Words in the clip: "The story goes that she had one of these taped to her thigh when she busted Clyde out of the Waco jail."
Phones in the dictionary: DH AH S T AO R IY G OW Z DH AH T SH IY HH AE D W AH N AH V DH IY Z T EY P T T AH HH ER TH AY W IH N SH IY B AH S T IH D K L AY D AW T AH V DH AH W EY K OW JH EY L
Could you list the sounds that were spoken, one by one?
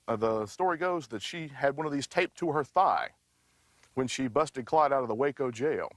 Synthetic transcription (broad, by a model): DH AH S T AO R IY G OW Z DH AH T SH IY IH D W AH N AH V DH IY Z T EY P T T AH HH ER TH AY W IH N SH IY B AH S T IH D K L AY D AW T AH V DH AH W EY K OW JH EY L